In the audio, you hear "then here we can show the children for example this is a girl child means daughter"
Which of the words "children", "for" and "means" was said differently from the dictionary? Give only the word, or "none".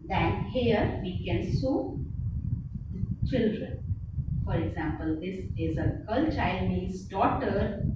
means